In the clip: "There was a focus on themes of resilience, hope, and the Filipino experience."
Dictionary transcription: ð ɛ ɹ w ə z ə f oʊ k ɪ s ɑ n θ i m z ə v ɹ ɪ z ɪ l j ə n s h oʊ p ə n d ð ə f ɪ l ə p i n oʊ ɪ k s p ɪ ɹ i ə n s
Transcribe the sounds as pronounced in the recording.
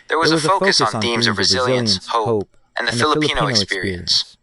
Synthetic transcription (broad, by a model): ð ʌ ɹ w ə z ə f oʊ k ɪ s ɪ n θ i m z ə v ɹ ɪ z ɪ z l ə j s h oʊ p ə n ð ə f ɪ l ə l i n oʊ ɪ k s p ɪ ɹ i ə n s